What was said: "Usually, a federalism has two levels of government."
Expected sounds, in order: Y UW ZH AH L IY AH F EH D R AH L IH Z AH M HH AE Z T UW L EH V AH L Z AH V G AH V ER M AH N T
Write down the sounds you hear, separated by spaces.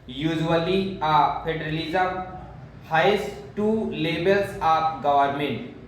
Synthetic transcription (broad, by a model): Y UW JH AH L IY AH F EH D R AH L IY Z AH M HH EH S T UW L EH B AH L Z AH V G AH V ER M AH N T